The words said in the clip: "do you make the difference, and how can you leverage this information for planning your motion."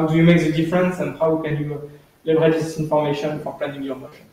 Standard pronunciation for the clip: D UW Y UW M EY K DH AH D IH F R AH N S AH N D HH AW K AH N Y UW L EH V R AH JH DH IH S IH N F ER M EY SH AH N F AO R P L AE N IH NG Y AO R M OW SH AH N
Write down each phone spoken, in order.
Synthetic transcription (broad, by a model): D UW Y UW M EY K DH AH D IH F R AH N S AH N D HH AW K AH N Y UW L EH B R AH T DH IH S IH N F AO M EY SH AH N F AO R P L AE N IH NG Y AO R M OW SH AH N